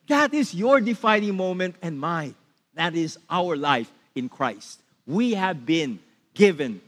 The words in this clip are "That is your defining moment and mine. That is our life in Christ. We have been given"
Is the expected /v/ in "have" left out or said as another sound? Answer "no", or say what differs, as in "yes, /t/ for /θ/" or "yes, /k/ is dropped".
no